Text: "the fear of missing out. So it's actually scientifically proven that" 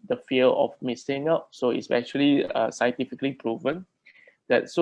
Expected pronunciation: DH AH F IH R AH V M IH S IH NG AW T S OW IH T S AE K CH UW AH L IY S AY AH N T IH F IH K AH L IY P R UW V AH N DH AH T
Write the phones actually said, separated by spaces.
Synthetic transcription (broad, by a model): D AH F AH L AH F M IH S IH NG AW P S OW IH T S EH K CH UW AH L IY S AY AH N T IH F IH K AH L IY P R UW V AH N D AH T